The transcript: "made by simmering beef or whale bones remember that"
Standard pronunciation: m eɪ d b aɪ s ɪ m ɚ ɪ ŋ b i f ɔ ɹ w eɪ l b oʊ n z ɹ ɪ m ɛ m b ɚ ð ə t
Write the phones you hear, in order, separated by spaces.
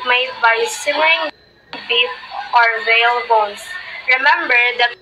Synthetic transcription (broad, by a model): m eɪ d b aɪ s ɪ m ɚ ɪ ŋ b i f ɔ ɹ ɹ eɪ l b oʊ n s ɹ ɪ m ɛ m b ɚ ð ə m